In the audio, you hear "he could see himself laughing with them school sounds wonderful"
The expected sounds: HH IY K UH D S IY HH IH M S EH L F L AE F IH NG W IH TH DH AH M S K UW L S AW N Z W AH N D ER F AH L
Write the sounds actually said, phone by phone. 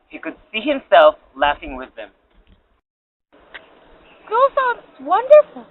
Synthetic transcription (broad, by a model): HH IY K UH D S IY HH IH M S EH L F L AE F IH NG W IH DH AH M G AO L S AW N W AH N D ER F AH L